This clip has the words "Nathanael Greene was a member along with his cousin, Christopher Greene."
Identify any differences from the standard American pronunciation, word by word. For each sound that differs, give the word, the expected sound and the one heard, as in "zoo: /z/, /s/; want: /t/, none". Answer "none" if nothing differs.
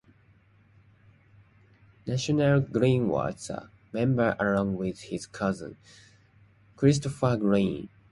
was: /z/, /s/